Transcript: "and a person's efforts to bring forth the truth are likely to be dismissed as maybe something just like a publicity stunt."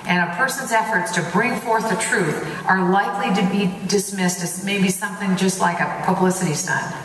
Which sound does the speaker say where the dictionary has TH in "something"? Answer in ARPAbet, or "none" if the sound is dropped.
TH